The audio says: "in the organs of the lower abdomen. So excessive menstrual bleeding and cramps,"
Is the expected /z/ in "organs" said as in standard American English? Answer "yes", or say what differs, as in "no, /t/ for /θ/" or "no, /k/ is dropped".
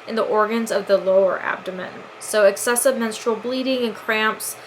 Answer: yes